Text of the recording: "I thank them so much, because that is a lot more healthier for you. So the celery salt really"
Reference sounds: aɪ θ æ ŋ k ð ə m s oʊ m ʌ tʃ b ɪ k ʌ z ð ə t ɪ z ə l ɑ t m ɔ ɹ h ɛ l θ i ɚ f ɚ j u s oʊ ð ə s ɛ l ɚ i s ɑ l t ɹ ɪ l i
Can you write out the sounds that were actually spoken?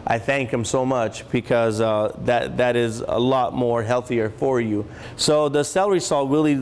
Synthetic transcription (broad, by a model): aɪ θ æ ŋ k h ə m s oʊ m ʌ tʃ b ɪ k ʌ z ð ə t ɪ z ə l ɑ t m ɔ ɹ h ɛ l θ i ɚ f ɚ j u s oʊ ð ə s ɛ l ɚ i s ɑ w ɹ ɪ l i